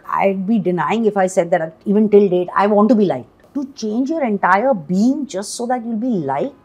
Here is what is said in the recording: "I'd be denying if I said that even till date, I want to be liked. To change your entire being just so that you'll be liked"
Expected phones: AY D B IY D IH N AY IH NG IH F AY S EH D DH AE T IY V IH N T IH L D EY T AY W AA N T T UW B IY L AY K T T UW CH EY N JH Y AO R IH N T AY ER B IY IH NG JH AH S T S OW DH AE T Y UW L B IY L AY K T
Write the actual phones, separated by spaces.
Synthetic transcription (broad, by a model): AY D B IY D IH N AY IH NG IH F AY S EH D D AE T IY V IH N T IH L D EY T AY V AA N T T UW B IY L AY K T T UW CH EY N JH Y AO R IH N T AY ER B IY IH NG JH AH S T S OW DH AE T Y UW L B IY L AY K